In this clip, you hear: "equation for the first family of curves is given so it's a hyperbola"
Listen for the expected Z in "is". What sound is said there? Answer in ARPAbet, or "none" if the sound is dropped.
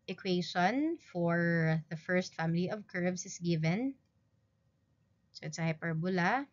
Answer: S